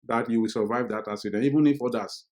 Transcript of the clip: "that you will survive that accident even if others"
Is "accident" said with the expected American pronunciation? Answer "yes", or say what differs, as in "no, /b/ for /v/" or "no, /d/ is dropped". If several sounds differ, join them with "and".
no, /k/ is dropped